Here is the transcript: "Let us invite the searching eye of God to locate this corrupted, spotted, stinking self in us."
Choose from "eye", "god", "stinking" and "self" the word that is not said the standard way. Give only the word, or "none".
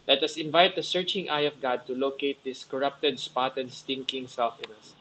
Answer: none